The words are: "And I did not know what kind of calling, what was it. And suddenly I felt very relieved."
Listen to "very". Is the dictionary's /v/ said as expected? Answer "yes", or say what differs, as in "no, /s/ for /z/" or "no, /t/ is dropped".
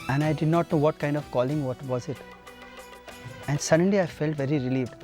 yes